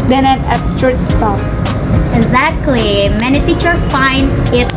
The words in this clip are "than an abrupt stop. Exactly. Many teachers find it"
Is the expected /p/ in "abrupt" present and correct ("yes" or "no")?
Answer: no